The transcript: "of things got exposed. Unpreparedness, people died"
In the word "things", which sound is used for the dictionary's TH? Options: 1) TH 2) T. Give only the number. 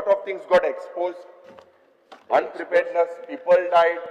2